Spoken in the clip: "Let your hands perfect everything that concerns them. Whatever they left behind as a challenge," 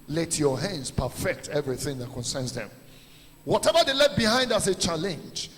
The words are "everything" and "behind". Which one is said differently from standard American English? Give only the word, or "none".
none